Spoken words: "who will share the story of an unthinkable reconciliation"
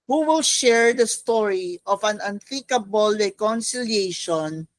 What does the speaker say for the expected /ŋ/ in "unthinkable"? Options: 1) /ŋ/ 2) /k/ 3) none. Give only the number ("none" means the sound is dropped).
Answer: 3